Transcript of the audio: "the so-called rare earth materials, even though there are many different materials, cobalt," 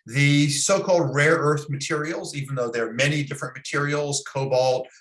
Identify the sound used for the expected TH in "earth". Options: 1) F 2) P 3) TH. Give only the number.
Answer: 3